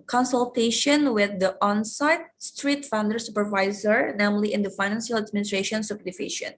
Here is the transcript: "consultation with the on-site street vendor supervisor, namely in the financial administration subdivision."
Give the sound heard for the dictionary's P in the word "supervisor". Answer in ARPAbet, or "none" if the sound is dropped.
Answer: P